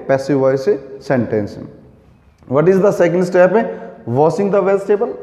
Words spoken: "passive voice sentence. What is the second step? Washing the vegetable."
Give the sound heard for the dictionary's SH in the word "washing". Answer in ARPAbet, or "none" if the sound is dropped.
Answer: S